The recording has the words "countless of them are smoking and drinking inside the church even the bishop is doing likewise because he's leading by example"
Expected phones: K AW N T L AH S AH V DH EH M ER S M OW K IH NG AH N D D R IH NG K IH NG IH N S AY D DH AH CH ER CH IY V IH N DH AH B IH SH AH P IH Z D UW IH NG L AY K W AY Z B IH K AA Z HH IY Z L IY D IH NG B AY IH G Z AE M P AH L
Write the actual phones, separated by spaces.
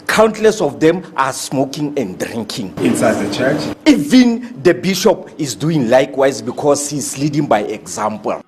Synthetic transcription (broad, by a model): K AW N T L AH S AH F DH EH M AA S M OW K IH NG AH N D D R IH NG K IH NG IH N S AY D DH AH CH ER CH IY V IH N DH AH B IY SH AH P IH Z D UW IH NG L AY K W AY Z B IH K AA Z HH IY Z L IY D IH NG B AY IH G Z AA M P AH L